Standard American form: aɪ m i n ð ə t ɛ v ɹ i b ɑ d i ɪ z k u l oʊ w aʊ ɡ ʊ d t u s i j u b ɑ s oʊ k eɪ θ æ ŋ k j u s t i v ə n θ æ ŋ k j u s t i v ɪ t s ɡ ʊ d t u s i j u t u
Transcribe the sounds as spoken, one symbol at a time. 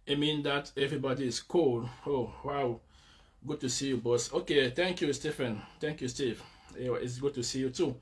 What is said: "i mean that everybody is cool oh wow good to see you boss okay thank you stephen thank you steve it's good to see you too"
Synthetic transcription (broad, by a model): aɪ m i n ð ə t ɛ v ɹ i b ɑ d i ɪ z k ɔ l oʊ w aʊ ɡ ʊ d t u s i j u b ɑ s oʊ k eɪ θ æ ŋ k j u s t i f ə n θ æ ŋ k j u s t i v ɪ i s ɡ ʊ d t u s i j u t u